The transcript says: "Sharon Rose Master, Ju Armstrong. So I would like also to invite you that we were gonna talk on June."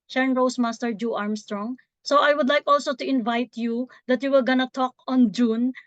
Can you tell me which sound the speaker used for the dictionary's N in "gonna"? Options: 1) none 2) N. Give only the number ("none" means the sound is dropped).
2